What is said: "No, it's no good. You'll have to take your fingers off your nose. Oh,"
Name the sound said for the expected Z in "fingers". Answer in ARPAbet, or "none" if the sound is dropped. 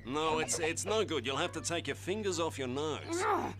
Z